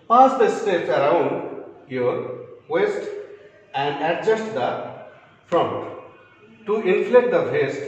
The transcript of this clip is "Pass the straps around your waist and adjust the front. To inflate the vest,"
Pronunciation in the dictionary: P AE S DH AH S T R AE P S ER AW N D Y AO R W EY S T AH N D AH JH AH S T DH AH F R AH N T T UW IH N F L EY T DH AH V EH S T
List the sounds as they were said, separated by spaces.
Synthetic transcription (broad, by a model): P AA S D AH S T EH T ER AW N D Y AO R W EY S T AH N D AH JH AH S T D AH F R AH N T T UW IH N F L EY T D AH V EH S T